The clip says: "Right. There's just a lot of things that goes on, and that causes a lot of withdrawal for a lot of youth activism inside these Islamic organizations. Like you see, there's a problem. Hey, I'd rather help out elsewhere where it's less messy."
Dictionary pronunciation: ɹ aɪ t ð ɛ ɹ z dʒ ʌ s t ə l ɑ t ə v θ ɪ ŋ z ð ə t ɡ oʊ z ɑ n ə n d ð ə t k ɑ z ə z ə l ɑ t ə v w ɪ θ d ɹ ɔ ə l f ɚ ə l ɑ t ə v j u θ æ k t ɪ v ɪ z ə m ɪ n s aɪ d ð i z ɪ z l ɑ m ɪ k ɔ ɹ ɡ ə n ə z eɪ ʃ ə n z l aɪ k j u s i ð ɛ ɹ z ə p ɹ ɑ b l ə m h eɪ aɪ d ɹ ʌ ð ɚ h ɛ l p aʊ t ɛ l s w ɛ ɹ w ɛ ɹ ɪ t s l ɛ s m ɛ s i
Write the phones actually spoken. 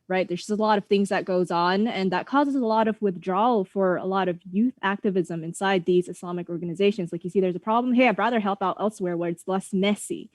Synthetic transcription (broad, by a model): ɹ aɪ t ð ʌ ɹ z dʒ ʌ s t ə l ɑ t ə v θ ɪ ŋ z ð ə t ɡ oʊ z n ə n ð ə t k ɑ z ə z ə l ɑ t ə v w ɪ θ d ɹ ɔ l f ɚ ə l ɑ t ə v j u θ æ k t ɪ v ɪ z ə m ɪ n s aɪ d ð i z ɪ s l ɑ m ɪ k ɔ ɹ ɡ ə n ə z eɪ ʃ ə n z l aɪ k j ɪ s i ð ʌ ɹ z ə p ɹ ɑ b l ə m h eɪ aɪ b ɹ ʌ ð ɚ h ɛ l p aʊ t ɛ l s w ɛ ɹ w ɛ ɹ ɪ t s l ɛ s m ɛ s i